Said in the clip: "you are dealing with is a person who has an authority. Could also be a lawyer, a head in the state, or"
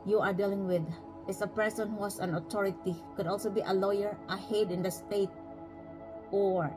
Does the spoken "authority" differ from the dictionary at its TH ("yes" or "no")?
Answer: yes